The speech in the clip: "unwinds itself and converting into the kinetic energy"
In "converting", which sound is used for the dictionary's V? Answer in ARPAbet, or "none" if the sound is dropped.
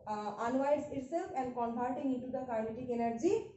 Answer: B